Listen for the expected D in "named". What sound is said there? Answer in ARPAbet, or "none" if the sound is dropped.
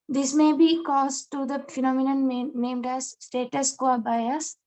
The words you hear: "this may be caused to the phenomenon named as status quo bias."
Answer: D